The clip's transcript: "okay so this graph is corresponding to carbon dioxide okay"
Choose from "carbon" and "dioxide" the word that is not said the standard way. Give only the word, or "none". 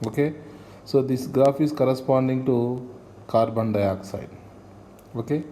none